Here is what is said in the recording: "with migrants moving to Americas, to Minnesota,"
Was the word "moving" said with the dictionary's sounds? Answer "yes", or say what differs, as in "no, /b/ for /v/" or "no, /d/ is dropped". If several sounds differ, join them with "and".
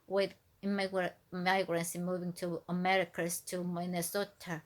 yes